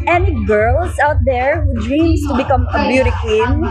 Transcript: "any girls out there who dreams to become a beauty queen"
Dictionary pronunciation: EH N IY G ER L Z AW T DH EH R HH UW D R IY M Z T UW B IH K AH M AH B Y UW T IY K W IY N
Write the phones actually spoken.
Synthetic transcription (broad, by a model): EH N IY G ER L S AW T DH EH R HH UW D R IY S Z T UW B IH K AH M AH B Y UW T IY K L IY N